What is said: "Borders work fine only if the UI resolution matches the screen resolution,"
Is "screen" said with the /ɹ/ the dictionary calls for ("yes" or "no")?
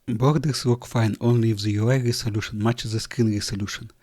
no